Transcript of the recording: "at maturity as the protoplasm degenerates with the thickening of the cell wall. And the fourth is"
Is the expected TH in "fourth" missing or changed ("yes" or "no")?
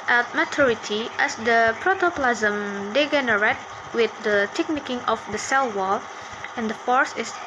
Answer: yes